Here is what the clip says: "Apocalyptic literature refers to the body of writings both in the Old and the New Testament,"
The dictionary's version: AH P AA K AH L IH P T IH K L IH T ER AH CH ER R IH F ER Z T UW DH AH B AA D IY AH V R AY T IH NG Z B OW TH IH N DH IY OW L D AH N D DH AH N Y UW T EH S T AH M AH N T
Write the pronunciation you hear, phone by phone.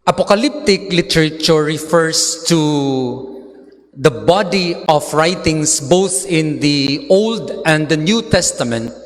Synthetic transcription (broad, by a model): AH P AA K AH L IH P T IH K L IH T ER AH CH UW R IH F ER S T UW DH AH B AA D IY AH F R AY T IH NG S B OW TH IH N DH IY OW L D AH N D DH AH N Y UW T EH S T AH M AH N T